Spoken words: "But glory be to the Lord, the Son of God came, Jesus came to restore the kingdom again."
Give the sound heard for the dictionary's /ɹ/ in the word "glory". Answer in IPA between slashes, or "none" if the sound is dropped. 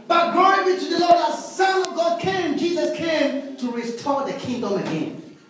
none